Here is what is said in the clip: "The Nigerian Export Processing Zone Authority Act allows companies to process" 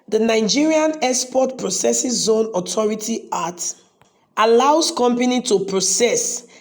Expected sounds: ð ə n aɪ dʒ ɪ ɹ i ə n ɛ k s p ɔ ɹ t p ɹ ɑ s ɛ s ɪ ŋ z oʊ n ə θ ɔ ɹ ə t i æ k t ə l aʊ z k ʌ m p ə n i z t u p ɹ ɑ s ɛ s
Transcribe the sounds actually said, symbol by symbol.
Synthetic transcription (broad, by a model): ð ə n aɪ dʒ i ɹ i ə n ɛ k s p ɔ t p ɹ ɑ s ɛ s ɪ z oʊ n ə t ɔ ɹ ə t i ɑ t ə l aʊ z k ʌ m p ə n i t u p ɹ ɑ s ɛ s